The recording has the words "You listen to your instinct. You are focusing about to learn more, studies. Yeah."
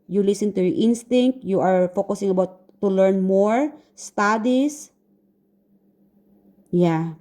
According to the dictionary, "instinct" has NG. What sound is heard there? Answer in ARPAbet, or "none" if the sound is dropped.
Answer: NG